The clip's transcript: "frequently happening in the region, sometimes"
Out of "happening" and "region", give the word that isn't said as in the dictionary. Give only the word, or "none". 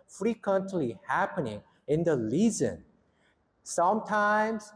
region